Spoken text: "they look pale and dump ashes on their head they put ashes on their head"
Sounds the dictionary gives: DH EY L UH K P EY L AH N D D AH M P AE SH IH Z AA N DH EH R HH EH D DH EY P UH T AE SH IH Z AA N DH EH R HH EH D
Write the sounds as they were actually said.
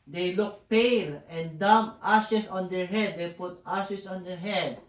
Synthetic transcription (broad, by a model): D EY L UH K P EY L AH N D D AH M AA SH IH S AA N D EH R HH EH D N P UH T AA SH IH S AA N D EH R HH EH D